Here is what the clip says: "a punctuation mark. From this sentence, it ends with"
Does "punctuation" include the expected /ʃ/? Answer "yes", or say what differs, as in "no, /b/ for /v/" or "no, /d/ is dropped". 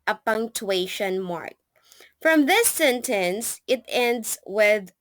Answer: yes